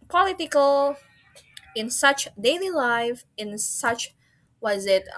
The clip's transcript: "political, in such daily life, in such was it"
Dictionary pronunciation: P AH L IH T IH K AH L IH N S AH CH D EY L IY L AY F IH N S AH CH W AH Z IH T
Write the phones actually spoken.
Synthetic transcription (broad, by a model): P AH L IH T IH K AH L IH N S AH CH D EY L IY L AY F IH N S AH CH W AH Z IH T